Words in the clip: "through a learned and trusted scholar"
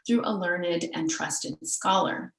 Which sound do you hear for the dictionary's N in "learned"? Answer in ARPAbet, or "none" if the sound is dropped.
N